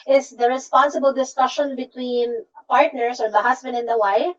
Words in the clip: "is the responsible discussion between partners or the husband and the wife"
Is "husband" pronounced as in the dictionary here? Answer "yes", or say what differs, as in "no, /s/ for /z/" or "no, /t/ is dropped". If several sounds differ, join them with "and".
no, /s/ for /z/